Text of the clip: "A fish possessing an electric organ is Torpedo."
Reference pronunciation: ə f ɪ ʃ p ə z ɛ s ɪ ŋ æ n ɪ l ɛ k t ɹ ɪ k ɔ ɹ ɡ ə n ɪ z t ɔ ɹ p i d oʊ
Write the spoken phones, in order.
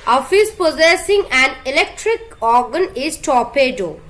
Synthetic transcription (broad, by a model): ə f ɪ s p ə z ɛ s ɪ ŋ æ n ɪ l ɛ k t ɹ ɪ k ɔ ɹ ɡ ə n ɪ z t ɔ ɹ p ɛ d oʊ